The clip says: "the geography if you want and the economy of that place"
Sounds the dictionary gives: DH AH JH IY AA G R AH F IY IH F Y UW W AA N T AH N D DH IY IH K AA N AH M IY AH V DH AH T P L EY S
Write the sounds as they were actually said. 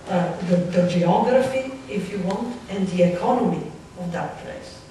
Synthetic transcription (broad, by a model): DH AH JH IY AA G R AH F IY IH F Y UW W AA N T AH N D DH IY IH K AA N AH M IY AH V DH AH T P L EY S